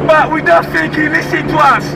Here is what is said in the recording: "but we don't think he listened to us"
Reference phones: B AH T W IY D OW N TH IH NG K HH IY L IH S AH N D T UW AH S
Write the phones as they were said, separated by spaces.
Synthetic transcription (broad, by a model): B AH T W IY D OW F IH K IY L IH S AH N T UW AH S